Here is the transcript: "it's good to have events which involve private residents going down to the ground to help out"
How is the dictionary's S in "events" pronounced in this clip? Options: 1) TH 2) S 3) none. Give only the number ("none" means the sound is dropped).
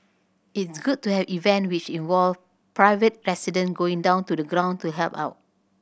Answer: 3